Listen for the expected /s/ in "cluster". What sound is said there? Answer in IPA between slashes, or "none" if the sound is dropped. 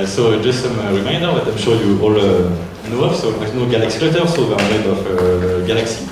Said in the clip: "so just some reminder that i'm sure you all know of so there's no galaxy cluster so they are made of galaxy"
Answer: none